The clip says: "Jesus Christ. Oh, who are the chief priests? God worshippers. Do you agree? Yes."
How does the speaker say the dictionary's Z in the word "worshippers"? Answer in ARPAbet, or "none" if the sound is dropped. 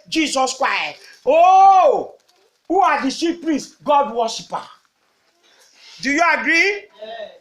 none